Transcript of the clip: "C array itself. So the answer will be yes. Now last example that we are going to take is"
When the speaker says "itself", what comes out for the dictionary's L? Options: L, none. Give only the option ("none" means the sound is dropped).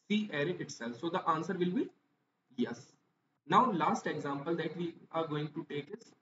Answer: L